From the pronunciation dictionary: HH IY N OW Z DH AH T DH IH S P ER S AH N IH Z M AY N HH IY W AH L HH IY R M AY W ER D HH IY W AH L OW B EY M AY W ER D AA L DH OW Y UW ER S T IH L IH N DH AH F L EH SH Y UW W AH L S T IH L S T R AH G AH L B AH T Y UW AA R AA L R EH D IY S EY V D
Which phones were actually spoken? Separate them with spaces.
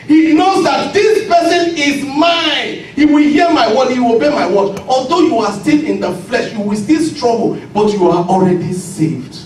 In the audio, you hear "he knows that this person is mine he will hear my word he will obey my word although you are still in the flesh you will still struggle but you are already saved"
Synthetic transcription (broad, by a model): HH IY N OW Z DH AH T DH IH S P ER S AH N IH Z M AY N HH IY W AH L HH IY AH M AY W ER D HH IY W OW B EY M AY W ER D AA L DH OW Y UW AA S T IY L IH N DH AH F L EH SH Y UW W AH L S T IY L S T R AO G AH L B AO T Y UW AA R AA L R EH D IY S EY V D